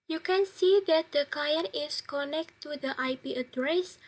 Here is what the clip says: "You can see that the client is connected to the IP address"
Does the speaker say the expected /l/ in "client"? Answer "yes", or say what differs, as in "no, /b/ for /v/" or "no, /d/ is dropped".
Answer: no, /l/ is dropped